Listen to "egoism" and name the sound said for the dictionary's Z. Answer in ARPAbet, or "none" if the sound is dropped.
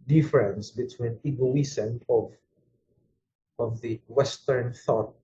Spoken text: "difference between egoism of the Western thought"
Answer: S